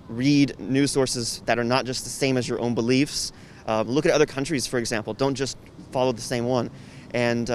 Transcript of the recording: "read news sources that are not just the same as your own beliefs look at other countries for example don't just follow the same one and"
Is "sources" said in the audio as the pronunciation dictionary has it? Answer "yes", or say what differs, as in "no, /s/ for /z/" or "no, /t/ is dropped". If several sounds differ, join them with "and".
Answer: yes